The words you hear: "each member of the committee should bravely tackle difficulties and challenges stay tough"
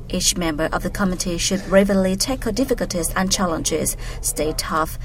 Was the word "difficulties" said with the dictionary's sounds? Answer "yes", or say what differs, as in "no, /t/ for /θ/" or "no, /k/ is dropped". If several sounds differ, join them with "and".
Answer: yes